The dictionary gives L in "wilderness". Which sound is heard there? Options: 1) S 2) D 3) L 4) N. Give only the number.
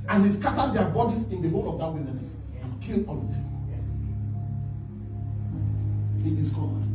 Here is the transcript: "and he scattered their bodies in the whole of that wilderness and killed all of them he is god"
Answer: 4